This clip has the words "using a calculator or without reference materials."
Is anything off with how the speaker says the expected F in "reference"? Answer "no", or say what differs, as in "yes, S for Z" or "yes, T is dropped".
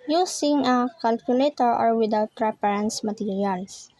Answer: yes, P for F